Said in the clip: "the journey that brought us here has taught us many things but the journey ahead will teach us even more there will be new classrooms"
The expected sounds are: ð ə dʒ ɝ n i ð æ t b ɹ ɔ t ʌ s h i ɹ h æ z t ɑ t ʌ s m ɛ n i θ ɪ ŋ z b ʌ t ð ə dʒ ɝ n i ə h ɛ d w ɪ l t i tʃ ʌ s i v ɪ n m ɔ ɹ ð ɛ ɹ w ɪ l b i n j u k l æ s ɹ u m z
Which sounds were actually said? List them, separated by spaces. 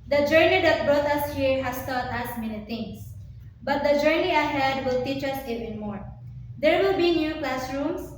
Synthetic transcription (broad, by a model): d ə dʒ ɝ n i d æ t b ɹ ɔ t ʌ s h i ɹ h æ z t ɑ t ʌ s m ɛ n i t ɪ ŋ s b ʌ t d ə dʒ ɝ n i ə h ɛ d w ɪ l t i tʃ ʌ s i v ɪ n m ɔ ɹ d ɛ ɹ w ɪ l b i n j u k l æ s ɹ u m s